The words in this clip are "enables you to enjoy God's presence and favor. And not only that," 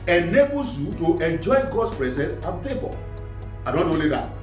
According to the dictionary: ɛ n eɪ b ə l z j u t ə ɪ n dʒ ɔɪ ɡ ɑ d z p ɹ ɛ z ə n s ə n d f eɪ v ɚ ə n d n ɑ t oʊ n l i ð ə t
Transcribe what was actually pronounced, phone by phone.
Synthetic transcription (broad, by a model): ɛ n eɪ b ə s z j u t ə ɪ n dʒ ɔɪ ɡ ɑ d s p ɹ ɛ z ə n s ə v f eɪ b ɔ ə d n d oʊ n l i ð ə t